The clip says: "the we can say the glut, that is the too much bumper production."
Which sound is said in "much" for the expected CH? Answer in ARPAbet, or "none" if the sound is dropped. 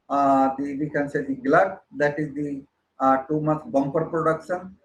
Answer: S